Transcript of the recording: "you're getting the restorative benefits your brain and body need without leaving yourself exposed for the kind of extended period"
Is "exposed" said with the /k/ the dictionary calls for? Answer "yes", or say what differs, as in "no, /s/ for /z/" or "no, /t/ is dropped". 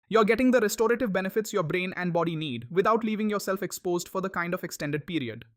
yes